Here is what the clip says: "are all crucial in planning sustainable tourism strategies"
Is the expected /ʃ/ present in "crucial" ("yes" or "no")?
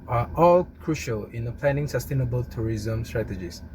yes